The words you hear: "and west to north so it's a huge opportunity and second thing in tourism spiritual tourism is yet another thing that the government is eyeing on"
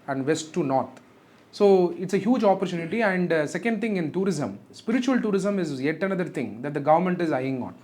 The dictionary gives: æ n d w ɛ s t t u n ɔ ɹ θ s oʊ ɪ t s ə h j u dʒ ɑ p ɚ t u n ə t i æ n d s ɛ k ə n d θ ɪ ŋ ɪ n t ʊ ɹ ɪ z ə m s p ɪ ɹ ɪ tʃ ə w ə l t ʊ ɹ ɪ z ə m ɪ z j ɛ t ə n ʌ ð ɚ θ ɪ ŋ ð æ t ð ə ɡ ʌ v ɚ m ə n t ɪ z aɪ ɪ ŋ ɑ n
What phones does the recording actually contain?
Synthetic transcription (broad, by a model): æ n d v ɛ s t t u n ɔ ɹ t s oʊ ɪ t s ə h j u dʒ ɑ p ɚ t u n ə t i æ n d s ɛ k ə n d t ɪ ŋ ɪ n t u ɹ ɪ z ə m s p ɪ ɹ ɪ tʃ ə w ə l t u ɹ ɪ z ə m ɪ z j ɛ t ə n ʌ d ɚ t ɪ ŋ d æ t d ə ɡ ʌ v ɚ m ə n t ɪ z aɪ ɪ ŋ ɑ n